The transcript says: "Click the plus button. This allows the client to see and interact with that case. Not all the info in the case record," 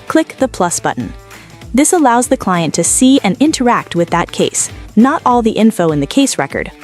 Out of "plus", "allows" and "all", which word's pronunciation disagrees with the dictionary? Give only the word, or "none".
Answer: none